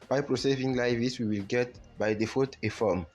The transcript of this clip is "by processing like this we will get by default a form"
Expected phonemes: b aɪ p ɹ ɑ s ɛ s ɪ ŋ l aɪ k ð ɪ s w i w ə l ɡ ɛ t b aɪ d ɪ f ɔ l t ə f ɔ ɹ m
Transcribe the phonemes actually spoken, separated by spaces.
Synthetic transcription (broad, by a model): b aɪ p ɹ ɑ s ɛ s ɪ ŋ l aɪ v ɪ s w i w ə l ɡ ɛ t b aɪ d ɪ f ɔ t ə f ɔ m